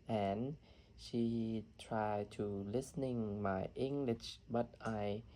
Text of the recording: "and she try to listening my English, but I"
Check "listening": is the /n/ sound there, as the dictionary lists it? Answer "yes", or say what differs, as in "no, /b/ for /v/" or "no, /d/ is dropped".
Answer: yes